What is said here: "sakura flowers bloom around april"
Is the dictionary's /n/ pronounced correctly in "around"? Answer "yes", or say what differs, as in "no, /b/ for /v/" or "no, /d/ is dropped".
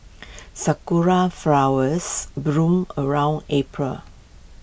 yes